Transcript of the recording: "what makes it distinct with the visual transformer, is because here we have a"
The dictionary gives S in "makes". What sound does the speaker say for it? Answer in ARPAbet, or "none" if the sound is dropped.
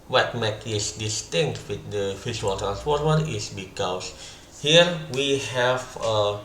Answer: none